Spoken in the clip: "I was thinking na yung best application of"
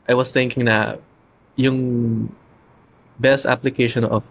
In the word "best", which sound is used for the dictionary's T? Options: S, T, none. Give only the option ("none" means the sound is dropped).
T